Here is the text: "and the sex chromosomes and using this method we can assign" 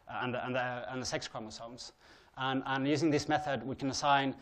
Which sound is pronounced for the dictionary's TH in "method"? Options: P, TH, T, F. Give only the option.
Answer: TH